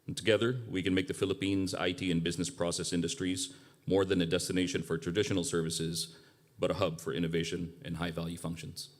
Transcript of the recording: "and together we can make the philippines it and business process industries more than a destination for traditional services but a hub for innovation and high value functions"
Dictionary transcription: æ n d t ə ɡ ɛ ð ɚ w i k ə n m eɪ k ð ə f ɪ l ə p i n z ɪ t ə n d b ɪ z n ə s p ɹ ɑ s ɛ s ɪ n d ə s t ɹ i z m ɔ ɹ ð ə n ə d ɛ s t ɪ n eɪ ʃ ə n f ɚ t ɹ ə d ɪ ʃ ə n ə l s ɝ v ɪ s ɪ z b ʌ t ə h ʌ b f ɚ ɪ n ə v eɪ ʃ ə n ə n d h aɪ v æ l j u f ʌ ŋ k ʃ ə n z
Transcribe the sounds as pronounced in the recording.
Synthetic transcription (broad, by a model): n t ə ɡ ɛ ð ɚ w i k ə n m eɪ k ð ə f ɪ l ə p i n z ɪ t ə n b ɪ z n ə s p ɹ ɑ s ɛ s ɪ n d ə s t ɹ i z m ɔ ɹ ð ə n ə d ɛ s t ɪ n eɪ ʃ ə n f ɚ t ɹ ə d ɪ ʃ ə n l s ɝ v ɪ s ɪ z b ʌ t ə h ʌ b f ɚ ɪ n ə v eɪ ʃ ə n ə n h aɪ v æ l j u f ʌ ŋ k ʃ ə n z